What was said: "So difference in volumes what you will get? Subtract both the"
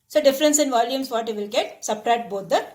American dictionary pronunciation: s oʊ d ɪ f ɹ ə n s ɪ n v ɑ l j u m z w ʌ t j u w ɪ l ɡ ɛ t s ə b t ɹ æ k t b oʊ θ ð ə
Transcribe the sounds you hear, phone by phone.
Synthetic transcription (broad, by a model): s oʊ d ɪ f ɹ ə n s ɪ n v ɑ l j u m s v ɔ t j u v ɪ l ɡ ɛ t s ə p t ɹ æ t b oʊ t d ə